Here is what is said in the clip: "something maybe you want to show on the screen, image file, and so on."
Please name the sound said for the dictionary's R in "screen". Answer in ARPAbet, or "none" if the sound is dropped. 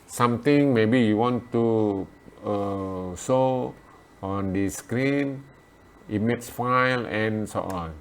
R